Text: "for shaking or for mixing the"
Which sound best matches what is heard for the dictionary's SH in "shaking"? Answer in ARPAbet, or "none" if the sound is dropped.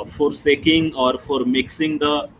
S